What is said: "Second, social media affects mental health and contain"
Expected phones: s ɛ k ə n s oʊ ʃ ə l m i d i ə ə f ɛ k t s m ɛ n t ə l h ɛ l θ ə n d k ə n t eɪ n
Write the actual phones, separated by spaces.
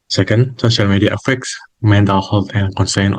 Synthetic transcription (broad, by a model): s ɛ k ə n s oʊ ʃ ə l m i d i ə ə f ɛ k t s m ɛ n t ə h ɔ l t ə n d k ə n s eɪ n